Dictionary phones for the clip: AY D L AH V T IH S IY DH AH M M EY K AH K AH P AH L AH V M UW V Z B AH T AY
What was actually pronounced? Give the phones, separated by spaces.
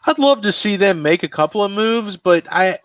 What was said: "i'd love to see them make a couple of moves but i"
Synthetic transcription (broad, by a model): AY D L AH V T IH S IY DH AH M M EY K AH K AH P L AH V M UW V Z B AH T AY